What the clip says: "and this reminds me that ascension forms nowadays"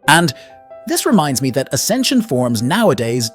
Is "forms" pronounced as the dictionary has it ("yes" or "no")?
yes